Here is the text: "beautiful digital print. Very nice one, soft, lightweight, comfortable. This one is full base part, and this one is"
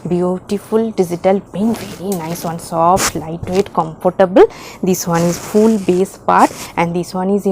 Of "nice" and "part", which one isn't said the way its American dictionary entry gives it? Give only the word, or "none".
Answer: none